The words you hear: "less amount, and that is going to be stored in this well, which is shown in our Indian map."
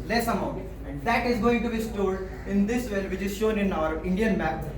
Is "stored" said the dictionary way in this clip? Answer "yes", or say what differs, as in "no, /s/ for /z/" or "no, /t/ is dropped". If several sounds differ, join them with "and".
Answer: no, /l/ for /ɹ/